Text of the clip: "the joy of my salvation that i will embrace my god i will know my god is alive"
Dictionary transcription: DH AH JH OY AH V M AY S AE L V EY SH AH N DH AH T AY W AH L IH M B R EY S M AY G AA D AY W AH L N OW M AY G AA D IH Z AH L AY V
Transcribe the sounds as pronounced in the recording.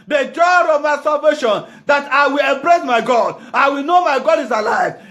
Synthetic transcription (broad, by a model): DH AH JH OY AH V M AY S AE L V EY SH AH N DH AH T AY W AH L IH M B R EY S M AY G AA D AY W AH L N OW M AY G AA D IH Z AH L AY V